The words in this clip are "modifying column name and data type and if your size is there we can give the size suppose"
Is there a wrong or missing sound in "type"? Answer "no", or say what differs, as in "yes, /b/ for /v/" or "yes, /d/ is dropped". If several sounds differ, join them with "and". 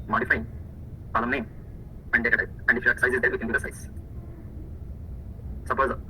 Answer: yes, /p/ is dropped